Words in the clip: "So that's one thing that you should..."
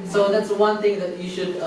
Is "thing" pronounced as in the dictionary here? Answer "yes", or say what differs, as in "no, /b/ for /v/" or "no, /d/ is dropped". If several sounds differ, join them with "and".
no, /t/ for /θ/